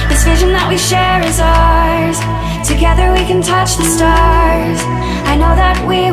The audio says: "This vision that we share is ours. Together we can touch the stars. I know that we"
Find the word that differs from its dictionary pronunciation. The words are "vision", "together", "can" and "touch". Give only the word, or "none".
none